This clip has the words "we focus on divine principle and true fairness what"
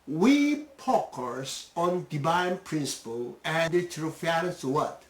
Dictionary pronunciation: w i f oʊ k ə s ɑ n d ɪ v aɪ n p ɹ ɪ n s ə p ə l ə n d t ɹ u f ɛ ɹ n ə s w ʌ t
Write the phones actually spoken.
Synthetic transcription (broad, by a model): w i p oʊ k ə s ɑ n d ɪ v aɪ n p ɹ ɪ n s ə p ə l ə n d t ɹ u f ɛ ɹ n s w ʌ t